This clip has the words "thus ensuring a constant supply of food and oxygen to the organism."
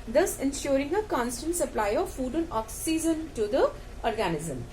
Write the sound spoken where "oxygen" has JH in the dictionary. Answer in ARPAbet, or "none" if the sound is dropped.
Z